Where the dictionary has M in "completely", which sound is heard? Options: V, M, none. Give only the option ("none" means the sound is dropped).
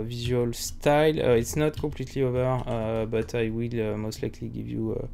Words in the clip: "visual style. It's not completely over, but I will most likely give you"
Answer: none